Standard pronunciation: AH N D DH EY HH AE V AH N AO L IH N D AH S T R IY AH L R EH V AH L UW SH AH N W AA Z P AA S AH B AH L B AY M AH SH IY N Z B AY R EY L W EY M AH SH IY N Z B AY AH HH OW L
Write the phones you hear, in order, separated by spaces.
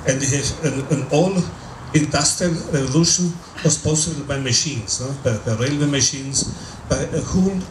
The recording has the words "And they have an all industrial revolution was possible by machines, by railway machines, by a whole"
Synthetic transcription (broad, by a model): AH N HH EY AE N AH N AO L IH N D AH S T R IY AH L R EH V AH L UW SH AH N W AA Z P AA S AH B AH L B AY M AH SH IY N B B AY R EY L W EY M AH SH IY N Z B AY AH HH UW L